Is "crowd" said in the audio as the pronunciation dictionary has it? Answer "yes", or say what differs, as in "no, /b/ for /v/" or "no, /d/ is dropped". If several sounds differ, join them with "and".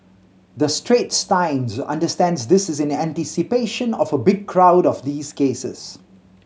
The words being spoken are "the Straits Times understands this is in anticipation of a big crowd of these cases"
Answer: yes